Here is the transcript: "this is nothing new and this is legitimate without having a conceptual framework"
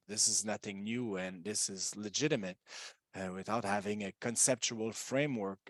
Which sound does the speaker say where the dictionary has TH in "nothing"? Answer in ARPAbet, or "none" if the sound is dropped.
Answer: TH